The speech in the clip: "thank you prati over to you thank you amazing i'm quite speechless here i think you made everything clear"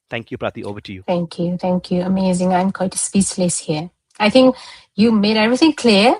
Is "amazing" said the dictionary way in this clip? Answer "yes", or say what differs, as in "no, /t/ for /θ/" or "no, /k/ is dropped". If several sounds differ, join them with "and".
yes